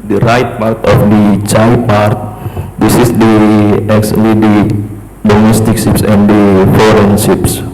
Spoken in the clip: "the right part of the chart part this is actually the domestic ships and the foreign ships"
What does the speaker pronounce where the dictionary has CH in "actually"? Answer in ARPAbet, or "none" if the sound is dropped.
S